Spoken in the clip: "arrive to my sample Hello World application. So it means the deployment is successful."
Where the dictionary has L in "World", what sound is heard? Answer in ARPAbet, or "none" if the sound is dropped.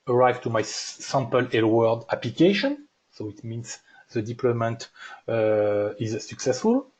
none